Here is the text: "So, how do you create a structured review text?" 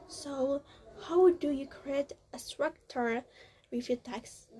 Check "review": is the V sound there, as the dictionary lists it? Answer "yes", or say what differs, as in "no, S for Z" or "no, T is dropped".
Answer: no, F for V